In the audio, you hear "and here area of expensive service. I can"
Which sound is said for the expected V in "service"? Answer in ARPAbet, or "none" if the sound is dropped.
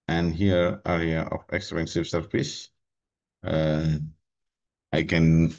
P